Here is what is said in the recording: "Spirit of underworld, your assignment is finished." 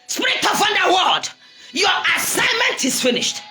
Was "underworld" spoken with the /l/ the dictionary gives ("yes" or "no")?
no